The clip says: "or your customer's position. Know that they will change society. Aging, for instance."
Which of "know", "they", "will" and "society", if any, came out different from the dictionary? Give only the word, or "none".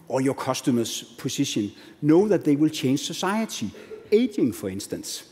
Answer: society